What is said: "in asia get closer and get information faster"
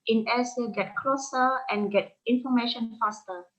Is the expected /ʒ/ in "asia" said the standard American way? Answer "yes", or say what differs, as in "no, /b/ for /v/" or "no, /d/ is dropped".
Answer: no, /s/ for /ʒ/